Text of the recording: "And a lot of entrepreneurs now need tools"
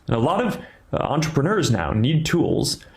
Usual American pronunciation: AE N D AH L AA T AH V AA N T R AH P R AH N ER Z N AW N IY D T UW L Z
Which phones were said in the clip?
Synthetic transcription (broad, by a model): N AH L AA T AH V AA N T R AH P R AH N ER Z N AW N IY D T UW L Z